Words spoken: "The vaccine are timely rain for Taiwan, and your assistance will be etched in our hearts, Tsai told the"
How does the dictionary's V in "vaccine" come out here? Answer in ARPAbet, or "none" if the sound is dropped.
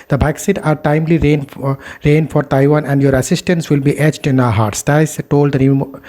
B